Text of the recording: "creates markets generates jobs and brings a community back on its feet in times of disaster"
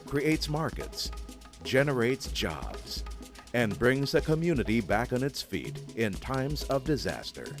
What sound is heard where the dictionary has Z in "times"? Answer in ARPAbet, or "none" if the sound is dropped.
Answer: Z